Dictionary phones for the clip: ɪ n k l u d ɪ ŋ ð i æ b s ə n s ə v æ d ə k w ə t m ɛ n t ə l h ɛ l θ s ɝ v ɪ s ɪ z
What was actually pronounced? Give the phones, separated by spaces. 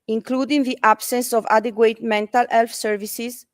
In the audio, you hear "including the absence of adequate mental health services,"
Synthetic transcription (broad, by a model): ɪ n k l u d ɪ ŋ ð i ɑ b s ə n s ə v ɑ d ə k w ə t m ɛ n t ə l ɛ l f s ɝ v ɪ s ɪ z